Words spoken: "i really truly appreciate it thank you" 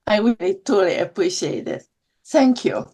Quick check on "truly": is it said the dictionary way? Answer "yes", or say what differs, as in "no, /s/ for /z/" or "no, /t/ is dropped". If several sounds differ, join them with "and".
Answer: no, /ɹ/ is dropped